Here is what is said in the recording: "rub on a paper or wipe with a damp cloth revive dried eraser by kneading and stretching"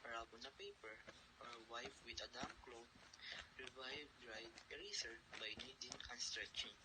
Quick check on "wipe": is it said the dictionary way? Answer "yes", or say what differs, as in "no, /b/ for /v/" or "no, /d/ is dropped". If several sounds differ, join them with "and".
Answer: no, /f/ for /p/